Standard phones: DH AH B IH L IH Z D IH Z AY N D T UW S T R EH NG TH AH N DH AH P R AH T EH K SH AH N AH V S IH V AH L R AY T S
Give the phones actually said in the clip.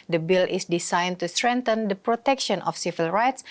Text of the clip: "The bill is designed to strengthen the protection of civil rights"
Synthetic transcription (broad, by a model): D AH B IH L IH S D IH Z AY N T UW S T R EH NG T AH N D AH P R AH T EH K SH AH N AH F S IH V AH L R AY T S